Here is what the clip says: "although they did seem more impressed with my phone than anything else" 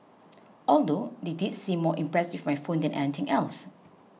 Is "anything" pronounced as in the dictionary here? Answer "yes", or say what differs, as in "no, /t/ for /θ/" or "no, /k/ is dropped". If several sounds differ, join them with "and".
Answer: no, /t/ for /θ/